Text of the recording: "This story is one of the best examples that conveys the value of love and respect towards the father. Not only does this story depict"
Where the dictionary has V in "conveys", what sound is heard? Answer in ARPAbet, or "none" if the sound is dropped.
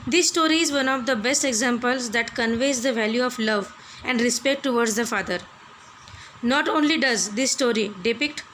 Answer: V